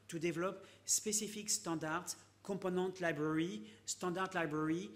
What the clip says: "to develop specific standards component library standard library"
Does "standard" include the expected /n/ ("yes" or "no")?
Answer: no